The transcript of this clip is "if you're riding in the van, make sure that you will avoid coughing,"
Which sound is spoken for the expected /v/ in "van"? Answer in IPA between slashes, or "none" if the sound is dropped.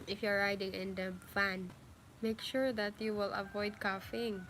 /f/